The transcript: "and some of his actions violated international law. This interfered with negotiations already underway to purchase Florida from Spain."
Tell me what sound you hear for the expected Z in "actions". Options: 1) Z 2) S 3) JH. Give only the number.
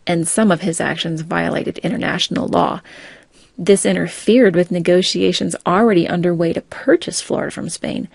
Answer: 1